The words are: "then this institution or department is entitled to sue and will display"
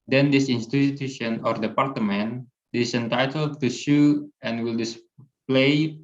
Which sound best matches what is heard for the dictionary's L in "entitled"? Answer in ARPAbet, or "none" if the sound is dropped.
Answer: L